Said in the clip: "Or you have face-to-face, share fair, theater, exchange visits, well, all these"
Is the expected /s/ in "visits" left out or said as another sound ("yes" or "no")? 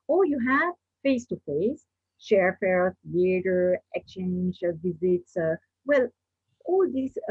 no